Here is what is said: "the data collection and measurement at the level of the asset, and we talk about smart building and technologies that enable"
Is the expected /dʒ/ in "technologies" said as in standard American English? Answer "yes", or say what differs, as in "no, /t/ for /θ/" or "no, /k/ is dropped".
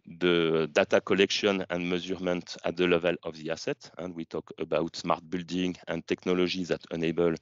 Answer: no, /ʒ/ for /dʒ/